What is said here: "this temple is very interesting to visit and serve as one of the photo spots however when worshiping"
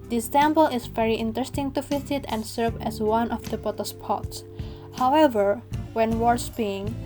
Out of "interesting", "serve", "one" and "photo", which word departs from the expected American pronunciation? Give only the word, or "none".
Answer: photo